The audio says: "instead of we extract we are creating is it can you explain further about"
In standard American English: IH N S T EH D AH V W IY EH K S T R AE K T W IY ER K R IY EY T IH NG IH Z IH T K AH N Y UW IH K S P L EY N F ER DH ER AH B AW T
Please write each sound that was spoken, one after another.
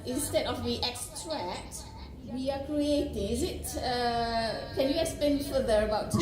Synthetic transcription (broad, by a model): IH N S T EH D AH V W IY EH K S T R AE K T W IY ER K R IY EY T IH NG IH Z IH T K AH N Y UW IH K S P EY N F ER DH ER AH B AW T